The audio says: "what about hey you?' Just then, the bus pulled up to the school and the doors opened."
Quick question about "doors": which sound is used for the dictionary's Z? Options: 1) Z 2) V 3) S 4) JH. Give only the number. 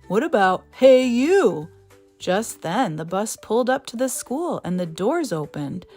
1